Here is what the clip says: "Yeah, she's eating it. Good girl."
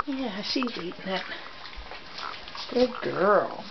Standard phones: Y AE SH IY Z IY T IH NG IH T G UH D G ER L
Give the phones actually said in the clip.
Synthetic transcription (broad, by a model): Y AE S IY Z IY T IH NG IH T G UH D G ER L